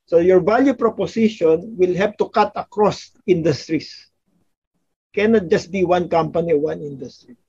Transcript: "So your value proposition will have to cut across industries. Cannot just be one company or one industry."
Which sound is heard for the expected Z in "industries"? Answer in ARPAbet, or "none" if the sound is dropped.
S